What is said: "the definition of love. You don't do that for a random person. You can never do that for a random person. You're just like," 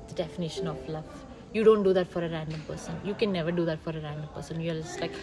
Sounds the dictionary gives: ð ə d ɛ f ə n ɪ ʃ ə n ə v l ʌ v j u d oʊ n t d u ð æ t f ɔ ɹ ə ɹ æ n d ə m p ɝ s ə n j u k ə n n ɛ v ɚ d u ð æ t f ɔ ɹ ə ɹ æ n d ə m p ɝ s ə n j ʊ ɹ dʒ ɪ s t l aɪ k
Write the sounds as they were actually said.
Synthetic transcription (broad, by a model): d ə d ɛ f ə n ɪ ʃ ə n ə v l ʌ v j u d oʊ n t d u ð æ t f ɔ ɹ ə ɹ æ n d ə m p ɝ s ə n j u k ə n n ɛ v ɚ d u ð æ t f ɔ ɹ ə ɹ æ n d ə m p ɝ s ə n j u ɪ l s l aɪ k